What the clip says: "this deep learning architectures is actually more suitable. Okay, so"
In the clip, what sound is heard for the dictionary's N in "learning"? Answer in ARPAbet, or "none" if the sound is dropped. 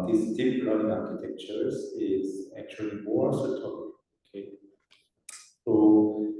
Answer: L